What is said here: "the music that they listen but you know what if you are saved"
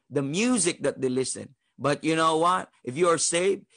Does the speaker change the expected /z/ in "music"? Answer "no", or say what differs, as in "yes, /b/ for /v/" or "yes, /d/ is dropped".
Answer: no